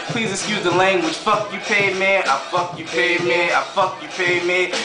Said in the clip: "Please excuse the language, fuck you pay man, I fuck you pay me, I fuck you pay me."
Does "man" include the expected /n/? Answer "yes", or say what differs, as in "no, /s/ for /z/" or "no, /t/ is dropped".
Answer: no, /n/ is dropped